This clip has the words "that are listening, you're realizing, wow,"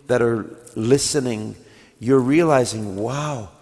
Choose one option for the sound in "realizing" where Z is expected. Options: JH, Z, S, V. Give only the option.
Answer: Z